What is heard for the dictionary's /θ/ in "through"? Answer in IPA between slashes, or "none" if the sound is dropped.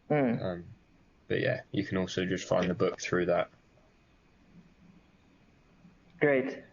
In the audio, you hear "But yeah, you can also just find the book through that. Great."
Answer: /θ/